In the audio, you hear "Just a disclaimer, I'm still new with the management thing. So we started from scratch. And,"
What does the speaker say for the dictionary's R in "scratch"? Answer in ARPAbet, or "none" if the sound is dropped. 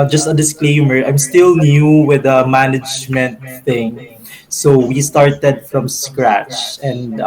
R